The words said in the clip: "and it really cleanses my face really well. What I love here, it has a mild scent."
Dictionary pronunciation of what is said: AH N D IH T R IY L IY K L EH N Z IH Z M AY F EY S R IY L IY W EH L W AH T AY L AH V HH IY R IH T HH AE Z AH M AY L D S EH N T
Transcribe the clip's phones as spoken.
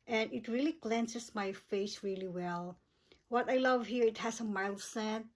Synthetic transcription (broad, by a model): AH N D IH T R IY L IY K L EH N S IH S M AY F EY S R IY L IY W EH L W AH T AY L AH V HH IY R IH T HH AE S AH M AY L S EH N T